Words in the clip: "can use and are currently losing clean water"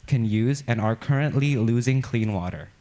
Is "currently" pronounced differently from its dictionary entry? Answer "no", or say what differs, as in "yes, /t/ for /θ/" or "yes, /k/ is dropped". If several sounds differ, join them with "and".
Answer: no